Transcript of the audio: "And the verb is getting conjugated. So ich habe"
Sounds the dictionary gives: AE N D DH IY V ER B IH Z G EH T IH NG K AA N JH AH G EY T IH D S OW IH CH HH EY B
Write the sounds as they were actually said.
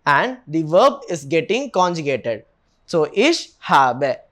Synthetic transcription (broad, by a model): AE N D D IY V ER B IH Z G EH T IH NG K AA N JH AH G EY T IH D S OW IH SH HH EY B